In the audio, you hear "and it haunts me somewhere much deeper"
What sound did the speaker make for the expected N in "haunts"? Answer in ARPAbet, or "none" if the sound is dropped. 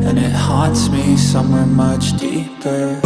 none